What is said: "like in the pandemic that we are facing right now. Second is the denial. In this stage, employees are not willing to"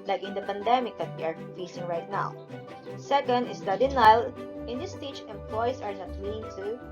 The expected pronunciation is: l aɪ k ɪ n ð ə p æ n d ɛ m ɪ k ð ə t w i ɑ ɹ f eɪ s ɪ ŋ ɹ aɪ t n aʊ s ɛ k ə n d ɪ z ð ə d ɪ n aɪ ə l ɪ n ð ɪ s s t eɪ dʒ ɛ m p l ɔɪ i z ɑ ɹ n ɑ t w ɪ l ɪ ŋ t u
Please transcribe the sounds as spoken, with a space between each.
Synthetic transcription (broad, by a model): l aɪ k ɪ n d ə p æ n d ɛ m ɪ k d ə t w i ɑ ɹ f eɪ s ɪ ŋ ɹ aɪ t n aʊ s ɛ k ə n d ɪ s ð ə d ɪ n aɪ l ɪ n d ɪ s s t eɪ tʃ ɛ m p l ɔɪ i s ɑ ɹ n ɑ t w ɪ l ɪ ŋ t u